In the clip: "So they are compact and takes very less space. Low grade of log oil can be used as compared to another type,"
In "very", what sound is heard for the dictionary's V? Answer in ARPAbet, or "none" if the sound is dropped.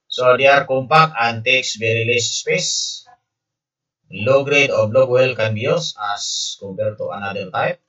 B